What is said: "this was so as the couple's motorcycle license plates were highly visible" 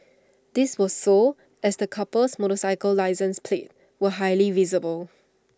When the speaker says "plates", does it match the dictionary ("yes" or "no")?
no